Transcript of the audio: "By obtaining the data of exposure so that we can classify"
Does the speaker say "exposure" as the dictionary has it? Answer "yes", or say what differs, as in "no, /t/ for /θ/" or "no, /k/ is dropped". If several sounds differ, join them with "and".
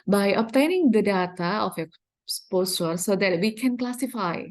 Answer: no, /s/ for /ʒ/